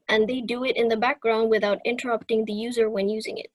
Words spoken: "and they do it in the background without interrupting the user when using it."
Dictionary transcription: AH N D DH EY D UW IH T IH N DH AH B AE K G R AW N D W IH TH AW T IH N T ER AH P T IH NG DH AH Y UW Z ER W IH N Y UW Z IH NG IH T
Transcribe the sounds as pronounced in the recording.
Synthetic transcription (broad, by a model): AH N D DH EY D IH IH T IH N DH AH B AE K G R AW N D W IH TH AW T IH N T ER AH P T IH NG DH AH Y UW Z ER W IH N Y UW Z IH NG IH T